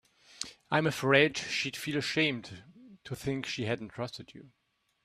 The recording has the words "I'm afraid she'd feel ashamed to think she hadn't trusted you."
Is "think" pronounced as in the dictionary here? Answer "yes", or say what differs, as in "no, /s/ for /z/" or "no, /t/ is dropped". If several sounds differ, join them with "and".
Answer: yes